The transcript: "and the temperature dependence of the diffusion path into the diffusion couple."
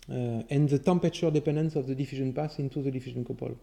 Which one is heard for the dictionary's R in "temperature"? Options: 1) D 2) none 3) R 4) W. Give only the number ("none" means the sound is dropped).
2